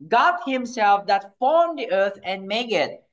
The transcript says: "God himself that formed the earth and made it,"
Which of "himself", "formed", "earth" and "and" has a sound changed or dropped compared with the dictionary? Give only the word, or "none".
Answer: earth